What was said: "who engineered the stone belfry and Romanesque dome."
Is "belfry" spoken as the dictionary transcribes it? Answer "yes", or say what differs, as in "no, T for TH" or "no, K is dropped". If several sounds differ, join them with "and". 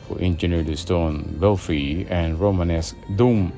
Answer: no, R is dropped